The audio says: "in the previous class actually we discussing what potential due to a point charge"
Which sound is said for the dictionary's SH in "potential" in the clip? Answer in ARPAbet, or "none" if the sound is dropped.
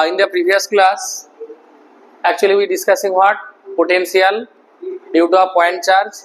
S